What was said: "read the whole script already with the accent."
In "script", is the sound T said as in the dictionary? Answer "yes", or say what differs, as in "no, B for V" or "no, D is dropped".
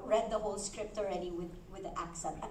yes